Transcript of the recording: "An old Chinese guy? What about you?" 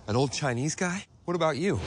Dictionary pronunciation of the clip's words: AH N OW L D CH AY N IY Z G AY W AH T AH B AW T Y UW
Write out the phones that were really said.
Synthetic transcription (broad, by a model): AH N OW L D CH AY N IY Z G AY W AH T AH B AW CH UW